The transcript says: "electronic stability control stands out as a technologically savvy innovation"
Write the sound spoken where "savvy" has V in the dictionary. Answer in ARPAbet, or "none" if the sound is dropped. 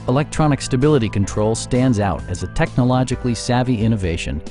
V